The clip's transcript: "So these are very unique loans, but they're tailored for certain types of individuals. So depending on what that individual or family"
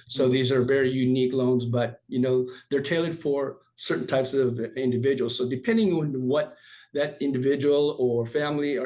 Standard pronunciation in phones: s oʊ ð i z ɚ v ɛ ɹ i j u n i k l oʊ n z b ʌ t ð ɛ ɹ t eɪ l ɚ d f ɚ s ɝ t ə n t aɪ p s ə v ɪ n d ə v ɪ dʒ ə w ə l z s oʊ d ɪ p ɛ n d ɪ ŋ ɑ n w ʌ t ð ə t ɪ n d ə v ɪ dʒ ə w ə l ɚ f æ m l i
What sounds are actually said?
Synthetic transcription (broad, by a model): s oʊ ð i z ɚ v ɛ ɹ i j u n i k l oʊ n z b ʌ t ð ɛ ɹ t eɪ l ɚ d f ɚ s ɝ t n t aɪ p s ə v ɪ n d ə v ɪ dʒ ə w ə l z s oʊ d ɪ p ɛ n d ɪ ŋ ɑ n w ʌ t ð ə t ɪ n d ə v ɪ dʒ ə w l ɚ f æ m l i